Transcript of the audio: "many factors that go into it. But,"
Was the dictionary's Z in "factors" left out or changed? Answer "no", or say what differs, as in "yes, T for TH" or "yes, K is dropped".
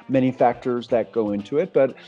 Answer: no